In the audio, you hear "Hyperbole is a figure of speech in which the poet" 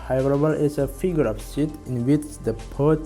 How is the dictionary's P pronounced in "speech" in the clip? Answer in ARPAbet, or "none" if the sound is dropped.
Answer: none